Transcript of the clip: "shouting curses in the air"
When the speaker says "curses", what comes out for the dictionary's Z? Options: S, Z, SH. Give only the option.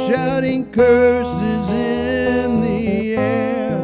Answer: Z